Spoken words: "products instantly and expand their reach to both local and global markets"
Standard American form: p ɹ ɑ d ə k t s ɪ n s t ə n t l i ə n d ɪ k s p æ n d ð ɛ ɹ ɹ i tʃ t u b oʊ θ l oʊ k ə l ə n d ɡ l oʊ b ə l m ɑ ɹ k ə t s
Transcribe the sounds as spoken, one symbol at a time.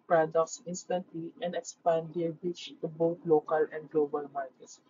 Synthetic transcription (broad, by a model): p ɹ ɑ d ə k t s ɪ n s t ə n t l i ə n d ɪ k s p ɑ n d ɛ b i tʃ t u b oʊ t l oʊ k ə l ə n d ɡ l oʊ b ə l m ɑ ɹ k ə t s